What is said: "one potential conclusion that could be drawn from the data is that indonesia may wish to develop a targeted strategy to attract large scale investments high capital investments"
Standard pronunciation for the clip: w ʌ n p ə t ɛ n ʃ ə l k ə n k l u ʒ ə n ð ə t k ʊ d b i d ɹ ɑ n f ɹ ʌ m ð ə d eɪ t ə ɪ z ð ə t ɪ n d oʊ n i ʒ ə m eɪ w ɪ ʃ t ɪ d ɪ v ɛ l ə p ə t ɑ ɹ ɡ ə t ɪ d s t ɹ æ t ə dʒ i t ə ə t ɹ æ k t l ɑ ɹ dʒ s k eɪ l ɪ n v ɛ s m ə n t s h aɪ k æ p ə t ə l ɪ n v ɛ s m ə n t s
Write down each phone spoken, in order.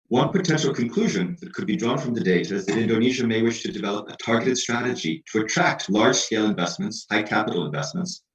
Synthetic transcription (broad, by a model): w ʌ n p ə t ɛ n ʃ l k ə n k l u ʒ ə n ð ə t k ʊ d b i d ɹ ɑ n f ɹ ʌ m ð ə d eɪ t ə ɪ z ð ə t ɪ n d oʊ n i ʒ ə m eɪ w ɪ ʃ t ɪ d ɪ v ɛ l ə p ə t ɑ ɹ ɡ ə t ɪ d s t ɹ æ t ə dʒ i t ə ə t ɹ æ k t l ɑ ɹ dʒ s k eɪ l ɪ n v ɛ s m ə n t s h aɪ k æ p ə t l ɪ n v ɛ s m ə n t s